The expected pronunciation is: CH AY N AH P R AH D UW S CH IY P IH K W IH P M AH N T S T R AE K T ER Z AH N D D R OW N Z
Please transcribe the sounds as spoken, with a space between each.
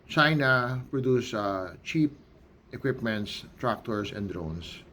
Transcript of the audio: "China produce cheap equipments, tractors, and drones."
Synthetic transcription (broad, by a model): CH AY N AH P R AH D UW S CH IY P IH K W IH P M AH N T S T R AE K T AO S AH N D D R OW N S